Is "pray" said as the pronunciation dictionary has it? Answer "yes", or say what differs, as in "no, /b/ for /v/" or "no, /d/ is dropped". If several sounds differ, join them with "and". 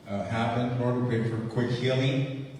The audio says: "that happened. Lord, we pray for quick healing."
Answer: no, /ɹ/ is dropped